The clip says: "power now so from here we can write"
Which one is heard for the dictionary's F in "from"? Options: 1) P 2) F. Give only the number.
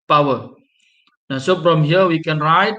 1